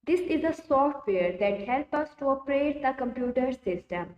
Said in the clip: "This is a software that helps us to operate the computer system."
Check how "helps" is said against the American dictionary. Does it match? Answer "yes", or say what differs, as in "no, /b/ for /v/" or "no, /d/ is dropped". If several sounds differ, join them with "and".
no, /s/ is dropped